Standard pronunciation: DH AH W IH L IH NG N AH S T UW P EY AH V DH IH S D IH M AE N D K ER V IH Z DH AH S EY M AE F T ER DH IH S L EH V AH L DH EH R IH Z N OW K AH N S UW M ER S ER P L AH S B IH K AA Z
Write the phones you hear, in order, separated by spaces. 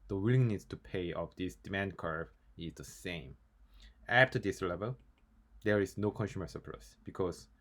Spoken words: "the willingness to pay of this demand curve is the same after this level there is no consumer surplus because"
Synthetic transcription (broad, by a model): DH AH W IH L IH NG N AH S T UW P EY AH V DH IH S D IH M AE N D K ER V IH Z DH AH S EY M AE F T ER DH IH S L EH V AH L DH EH R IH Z N OW K AH N S UW M ER S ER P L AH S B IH K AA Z